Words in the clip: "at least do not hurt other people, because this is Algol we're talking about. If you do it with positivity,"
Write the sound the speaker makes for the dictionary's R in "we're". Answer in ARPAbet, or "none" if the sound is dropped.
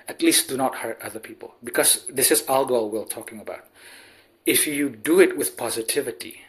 L